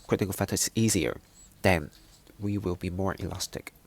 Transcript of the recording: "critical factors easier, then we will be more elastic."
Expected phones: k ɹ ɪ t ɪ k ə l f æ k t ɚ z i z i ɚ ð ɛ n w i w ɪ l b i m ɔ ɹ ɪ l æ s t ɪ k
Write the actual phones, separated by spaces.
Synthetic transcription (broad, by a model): k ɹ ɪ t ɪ k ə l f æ t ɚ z i z i ɚ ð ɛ n w i w ɪ l b i m ɔ ɹ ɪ l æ s t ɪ k